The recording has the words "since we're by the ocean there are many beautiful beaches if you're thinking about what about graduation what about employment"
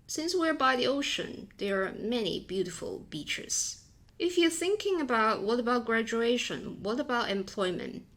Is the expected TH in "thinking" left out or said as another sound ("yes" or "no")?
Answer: no